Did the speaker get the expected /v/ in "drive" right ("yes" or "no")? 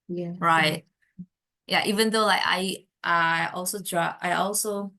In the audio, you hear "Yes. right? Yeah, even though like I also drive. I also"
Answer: no